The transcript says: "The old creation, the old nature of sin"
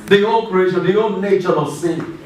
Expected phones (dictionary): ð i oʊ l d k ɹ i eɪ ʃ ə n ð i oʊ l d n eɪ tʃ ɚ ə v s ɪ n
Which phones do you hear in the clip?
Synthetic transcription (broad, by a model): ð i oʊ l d k ɹ i eɪ ʃ ə n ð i oʊ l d n eɪ tʃ ɚ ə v s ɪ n